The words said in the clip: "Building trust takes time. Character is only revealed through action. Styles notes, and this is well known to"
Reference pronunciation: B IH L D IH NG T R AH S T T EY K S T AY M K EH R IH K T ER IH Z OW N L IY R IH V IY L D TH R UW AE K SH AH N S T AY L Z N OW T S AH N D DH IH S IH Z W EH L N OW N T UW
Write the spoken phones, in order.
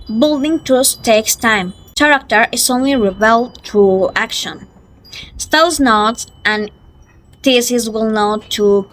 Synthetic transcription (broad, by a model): B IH L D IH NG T AH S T T EY K S T AY M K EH R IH K T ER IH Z OW N L IY R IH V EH L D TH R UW AE K SH AH N S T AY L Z N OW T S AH N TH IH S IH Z W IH L N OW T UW